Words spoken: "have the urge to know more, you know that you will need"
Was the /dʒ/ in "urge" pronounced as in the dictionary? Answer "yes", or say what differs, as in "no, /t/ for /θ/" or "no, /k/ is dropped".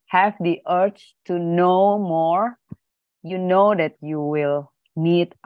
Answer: no, /tʃ/ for /dʒ/